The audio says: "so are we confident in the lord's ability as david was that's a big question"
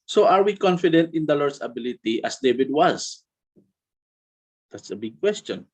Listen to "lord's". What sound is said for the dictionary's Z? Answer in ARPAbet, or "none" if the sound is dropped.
S